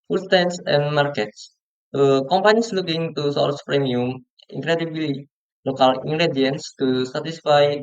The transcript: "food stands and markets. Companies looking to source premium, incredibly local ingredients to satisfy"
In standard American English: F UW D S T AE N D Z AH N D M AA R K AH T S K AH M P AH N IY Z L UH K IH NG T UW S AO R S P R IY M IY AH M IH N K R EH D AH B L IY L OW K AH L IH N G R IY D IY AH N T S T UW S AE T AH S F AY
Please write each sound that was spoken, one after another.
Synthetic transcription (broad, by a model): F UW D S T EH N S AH N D M AA R K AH T S K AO M P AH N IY S L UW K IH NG T UW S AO L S P R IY M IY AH M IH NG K R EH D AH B L IY L OW K AH L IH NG G R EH D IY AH N S T UW S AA T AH S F AY